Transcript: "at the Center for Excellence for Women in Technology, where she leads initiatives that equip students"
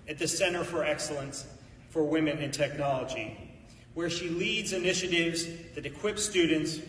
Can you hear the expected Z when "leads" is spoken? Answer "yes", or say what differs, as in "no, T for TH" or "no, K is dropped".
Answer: yes